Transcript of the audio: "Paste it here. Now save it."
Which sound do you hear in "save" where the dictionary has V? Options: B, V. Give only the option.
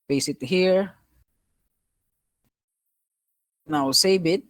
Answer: B